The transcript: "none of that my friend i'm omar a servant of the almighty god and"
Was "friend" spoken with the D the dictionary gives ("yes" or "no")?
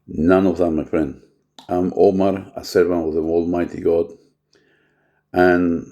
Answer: no